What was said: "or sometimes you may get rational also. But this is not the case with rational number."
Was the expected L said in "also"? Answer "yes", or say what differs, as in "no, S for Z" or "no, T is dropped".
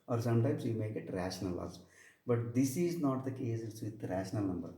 no, L is dropped